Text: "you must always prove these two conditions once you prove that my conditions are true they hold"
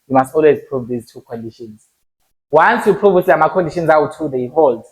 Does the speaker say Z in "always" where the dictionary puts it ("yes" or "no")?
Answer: yes